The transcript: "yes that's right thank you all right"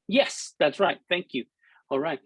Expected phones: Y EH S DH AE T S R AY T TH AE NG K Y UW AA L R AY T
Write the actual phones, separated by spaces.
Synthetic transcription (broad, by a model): Y EH S DH AE T S R AY T TH AE NG K Y UW AA L R AY T